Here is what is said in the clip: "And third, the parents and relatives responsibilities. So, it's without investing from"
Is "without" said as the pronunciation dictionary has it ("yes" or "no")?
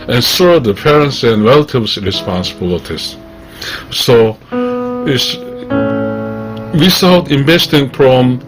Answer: no